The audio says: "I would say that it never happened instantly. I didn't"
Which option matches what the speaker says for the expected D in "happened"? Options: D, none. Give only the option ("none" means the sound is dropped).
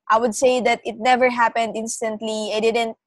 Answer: D